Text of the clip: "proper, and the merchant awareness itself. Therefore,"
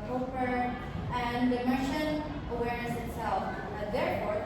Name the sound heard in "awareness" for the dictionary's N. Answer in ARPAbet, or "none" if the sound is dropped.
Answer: none